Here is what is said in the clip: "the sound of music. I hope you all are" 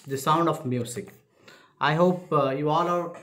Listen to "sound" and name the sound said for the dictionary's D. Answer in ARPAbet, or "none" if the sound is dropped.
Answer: D